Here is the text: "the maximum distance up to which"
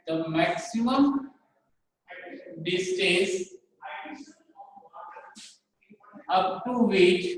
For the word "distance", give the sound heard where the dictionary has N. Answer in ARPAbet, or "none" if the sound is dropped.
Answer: none